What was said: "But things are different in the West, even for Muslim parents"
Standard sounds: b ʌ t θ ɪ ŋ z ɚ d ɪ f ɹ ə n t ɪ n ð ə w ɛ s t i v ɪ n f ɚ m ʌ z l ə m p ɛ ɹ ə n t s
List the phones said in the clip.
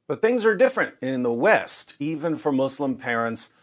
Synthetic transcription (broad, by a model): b ʌ t θ ɪ ŋ z ɚ d ɪ f ɹ ə n t ɪ n ð ə w ɛ s t i v ɪ n f ɚ m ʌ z l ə m p ɛ ɹ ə n t s